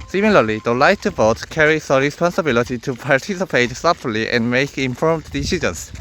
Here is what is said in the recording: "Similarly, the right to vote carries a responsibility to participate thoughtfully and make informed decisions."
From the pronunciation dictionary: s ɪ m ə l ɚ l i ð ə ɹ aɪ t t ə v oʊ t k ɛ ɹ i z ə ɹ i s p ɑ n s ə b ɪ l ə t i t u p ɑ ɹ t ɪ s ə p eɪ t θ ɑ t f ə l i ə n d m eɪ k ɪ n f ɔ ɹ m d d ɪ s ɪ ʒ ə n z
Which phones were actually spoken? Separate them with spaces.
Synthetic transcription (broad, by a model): s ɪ m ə l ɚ l i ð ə l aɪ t t ə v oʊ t k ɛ ɹ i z ə ɹ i s p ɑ n s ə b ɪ l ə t i t u p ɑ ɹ t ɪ s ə p eɪ t s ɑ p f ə l i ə n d m eɪ k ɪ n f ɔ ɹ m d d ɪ s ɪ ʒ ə n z